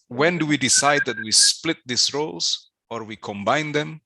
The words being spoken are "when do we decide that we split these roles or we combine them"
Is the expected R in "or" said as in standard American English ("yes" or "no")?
yes